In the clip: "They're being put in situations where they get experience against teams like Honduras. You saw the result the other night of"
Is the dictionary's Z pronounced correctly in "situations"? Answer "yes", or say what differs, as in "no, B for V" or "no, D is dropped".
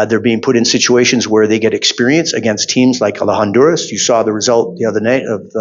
yes